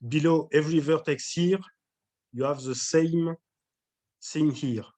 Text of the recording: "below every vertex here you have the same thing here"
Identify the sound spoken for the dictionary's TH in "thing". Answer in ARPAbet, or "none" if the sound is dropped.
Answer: S